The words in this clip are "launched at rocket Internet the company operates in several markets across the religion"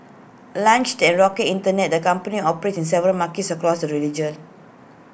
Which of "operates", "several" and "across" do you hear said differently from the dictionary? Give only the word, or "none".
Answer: operates